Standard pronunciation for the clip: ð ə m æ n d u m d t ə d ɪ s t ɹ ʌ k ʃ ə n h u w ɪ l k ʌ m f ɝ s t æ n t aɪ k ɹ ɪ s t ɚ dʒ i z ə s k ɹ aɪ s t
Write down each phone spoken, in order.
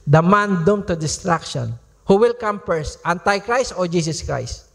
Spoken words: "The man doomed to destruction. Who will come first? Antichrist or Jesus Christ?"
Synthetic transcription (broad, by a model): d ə m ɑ n d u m t ə d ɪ s t ɹ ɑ k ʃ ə n h u w ɪ l k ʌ m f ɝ s t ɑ n t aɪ k ɹ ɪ s t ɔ dʒ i s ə s k ɹ aɪ s t